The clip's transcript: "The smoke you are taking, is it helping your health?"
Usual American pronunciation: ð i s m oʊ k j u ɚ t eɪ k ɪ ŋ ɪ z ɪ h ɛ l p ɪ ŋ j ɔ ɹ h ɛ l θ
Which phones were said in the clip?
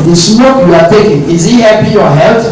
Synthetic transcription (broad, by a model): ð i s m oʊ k j u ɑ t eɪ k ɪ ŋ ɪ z ɪ h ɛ p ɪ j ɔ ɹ h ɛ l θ